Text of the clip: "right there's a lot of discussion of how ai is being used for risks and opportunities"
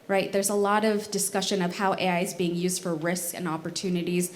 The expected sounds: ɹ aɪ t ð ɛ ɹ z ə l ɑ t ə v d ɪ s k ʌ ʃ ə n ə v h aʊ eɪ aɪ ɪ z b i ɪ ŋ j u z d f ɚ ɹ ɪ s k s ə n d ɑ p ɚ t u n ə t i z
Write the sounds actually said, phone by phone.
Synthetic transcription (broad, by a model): ɹ aɪ t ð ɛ ɹ z ə l ɑ t ə v d ɪ s k ʌ ʃ ə n ə v h aʊ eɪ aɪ ɪ z b i ɪ ŋ j u z d f ɚ ɹ ɪ s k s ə n ɑ p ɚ t u n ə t i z